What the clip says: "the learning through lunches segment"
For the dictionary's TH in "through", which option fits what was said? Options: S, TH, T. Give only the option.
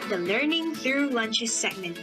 TH